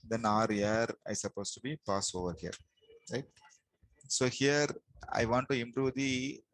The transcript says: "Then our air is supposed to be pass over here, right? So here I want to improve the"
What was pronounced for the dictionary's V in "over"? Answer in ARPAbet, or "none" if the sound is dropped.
V